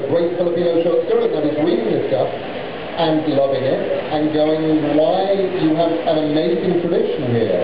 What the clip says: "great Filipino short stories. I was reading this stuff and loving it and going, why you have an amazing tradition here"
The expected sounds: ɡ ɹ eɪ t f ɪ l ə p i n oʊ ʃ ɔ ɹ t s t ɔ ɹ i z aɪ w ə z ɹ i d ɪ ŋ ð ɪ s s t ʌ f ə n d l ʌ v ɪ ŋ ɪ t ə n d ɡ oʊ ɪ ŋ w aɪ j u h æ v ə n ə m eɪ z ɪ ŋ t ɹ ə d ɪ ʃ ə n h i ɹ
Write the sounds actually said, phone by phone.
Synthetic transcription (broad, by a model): ɡ ɹ eɪ t f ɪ l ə p i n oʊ ʃ ɔ ɹ t s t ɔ ɹ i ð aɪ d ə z w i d ɪ ŋ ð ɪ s s t ʌ f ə n l ʌ v ɪ ŋ ɪ t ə n ɡ oʊ ɪ ŋ w aɪ j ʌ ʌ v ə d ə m eɪ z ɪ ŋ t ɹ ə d ɪ ʃ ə n h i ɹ